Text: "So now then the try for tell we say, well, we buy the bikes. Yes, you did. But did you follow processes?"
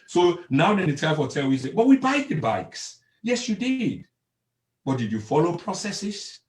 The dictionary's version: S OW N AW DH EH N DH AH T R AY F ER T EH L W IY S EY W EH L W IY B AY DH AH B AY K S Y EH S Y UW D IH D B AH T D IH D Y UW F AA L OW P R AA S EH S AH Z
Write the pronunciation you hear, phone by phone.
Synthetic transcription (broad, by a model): S OW N AW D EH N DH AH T AY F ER T EH L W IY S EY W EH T W IY B AY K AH B AY K S Y EH S Y UW D IH D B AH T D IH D Y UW F AA L OW P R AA S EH S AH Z